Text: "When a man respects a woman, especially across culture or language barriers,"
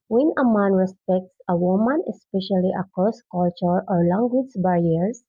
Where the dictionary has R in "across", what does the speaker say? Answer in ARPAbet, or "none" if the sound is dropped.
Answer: none